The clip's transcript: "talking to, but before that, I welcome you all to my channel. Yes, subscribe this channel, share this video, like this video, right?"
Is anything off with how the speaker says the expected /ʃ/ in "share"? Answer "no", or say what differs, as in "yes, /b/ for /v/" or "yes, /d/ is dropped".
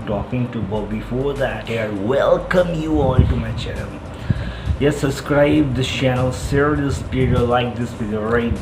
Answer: yes, /s/ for /ʃ/